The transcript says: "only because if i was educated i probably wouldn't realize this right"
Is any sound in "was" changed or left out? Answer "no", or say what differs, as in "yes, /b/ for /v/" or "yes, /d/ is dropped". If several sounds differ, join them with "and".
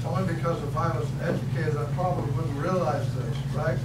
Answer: yes, /s/ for /z/